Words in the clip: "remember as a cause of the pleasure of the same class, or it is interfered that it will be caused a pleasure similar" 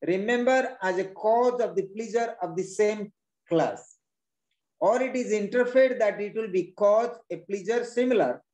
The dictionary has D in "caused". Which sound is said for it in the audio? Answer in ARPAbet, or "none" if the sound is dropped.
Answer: none